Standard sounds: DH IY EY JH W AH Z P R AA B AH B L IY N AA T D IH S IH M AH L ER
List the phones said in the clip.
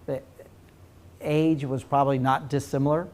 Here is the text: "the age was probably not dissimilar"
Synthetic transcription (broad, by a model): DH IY EY JH W AH Z P R AA B AH B L IY N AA T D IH S IH M L ER